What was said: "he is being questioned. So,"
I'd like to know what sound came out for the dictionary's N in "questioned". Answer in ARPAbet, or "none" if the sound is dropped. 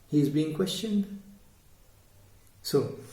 N